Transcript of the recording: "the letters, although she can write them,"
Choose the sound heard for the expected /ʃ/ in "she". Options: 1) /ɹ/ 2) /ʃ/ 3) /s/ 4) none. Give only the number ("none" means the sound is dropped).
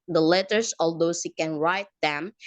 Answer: 3